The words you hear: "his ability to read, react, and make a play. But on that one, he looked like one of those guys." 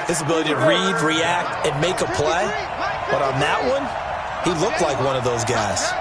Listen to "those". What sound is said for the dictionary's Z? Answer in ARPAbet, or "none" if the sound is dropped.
Z